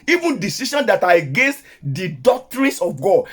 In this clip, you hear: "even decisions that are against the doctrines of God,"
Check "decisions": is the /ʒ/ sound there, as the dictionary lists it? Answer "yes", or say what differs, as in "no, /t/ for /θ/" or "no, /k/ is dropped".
no, /ʃ/ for /ʒ/